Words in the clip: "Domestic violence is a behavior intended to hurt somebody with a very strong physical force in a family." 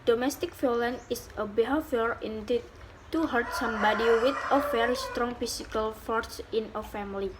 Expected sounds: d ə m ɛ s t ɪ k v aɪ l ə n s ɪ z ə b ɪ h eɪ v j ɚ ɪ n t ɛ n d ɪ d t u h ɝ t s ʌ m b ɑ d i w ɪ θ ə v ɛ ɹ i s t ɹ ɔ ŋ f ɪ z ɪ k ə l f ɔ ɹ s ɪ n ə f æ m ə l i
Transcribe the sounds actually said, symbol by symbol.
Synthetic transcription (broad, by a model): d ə m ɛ s t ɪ k f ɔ l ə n ɪ s ə b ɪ h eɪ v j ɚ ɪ n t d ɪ t u h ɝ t s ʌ m b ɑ d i w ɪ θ ə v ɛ ɹ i s t ɹ ɔ ŋ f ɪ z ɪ k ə l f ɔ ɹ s ɪ n ə f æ m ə l i